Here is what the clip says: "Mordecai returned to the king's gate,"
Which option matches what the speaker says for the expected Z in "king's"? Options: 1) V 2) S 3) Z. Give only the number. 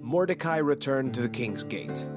3